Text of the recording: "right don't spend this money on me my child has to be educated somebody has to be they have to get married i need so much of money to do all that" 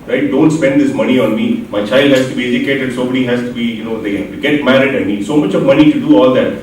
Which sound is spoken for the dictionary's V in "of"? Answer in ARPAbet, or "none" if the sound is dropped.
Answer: V